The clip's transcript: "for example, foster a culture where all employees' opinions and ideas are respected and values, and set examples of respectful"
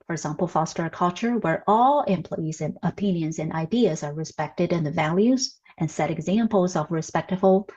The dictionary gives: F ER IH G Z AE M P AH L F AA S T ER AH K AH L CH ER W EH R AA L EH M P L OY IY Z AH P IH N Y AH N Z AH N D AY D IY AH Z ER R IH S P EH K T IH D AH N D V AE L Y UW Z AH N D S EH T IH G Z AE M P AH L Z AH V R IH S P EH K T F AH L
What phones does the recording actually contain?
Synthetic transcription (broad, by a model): F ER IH G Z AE M P L F AA S T ER AH K AH L CH ER W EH R AA L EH M P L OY IY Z AH P IH N Y AH N Z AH N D AY D IY AH Z ER R IH S P EH K T IH D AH N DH V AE L Y UW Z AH N S EH T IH G Z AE M P L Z AH V R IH S P EH K T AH L